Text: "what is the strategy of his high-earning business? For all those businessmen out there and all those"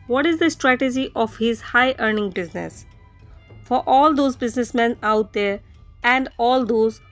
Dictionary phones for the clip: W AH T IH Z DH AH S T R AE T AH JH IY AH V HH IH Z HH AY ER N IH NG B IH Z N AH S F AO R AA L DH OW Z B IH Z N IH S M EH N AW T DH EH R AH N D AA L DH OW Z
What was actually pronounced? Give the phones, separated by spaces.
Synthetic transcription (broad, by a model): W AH T IH Z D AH S T R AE T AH JH IY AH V HH IH Z HH AY ER N IH NG B IH Z N AH S F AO R AA L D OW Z B IH Z N IH S M EH N AW T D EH R AH N D AA L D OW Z